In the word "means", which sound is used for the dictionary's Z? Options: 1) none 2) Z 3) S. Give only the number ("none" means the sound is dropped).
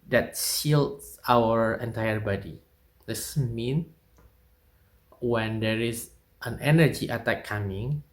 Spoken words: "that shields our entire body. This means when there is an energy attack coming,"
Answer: 1